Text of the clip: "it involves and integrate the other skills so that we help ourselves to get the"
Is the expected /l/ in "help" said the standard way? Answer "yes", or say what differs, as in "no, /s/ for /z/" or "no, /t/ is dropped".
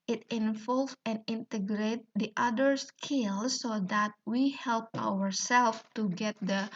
yes